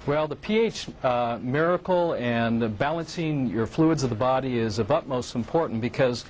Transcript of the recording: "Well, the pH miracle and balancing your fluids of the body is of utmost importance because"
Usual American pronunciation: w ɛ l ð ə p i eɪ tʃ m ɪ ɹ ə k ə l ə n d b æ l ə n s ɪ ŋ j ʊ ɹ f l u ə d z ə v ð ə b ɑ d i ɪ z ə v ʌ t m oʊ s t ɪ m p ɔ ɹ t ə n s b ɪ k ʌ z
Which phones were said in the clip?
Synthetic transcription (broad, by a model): w ɛ l ð ə p i eɪ tʃ m ɪ ɹ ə k l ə n b æ l ə n s ɪ ŋ j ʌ ɹ f l u ə d z ə v ð ə b ɑ d i ɪ z ə v ʌ t m oʊ s t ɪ m p ɔ ɹ t n b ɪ k ʌ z